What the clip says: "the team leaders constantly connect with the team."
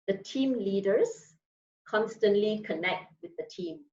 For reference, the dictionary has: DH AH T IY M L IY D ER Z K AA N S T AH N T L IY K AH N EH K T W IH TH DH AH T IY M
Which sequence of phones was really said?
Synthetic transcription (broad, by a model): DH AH T IY M L IY D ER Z K AA N S T AH N T L IY K AH N EH K T W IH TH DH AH T IY M